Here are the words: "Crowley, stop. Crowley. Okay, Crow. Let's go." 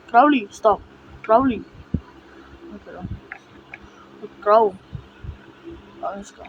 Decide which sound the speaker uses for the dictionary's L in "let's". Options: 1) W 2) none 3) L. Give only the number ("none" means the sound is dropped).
1